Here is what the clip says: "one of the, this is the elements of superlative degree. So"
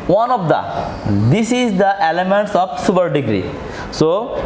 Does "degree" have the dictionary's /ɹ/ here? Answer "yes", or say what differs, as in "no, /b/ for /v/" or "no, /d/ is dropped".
yes